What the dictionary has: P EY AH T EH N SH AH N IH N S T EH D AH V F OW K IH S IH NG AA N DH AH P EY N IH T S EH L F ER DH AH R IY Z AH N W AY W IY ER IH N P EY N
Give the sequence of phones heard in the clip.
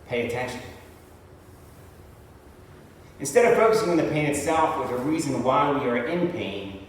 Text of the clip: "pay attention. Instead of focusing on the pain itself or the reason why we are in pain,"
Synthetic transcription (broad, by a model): P EY AH T EH N SH AH N IH N S T EH D AH V F OW K IH S IH NG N DH AH P EY N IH T S EH L F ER DH AH R IY Z AH N W AY W IY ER IH N P EY N